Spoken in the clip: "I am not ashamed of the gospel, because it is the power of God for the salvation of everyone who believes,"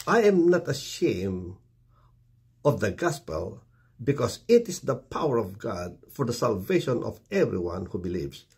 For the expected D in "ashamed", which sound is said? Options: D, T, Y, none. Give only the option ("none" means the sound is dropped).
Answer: none